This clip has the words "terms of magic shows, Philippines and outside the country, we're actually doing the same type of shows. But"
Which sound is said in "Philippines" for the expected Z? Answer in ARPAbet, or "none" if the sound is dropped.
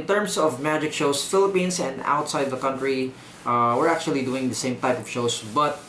S